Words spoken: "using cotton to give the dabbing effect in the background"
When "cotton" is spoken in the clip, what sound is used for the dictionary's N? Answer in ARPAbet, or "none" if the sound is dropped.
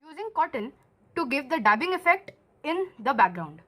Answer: L